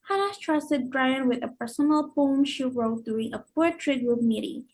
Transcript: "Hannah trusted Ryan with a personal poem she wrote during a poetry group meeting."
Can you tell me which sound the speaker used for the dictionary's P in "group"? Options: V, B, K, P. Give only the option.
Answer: B